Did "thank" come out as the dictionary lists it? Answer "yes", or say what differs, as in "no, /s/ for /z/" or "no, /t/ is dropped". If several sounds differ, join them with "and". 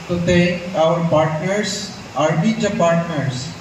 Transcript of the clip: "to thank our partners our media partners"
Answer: no, /t/ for /θ/